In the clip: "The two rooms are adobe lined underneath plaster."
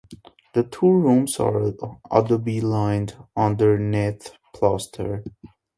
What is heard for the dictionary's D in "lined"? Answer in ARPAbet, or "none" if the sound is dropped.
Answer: D